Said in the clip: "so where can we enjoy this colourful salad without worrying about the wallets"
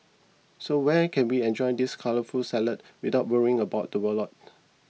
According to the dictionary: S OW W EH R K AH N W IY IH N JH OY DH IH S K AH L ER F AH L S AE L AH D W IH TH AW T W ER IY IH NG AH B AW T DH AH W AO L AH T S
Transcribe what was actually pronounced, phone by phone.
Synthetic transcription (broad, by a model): S OW W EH K AH N W IY IH N JH OY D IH S K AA L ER F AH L S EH L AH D W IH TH AW T W ER IY IH NG AH B AW T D AH W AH L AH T